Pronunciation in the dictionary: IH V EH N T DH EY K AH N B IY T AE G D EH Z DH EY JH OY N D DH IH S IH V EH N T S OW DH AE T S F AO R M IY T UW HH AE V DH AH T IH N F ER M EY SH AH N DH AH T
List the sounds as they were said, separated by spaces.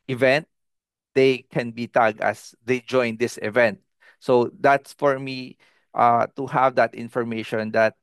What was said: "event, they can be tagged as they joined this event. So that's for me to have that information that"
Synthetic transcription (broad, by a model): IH V EH N T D EY K AH N B IY T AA G EH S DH EY JH OY N D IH S IH V EH N T S OW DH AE T S F AO R M IY T UW HH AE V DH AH T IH N F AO M EY SH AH N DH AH T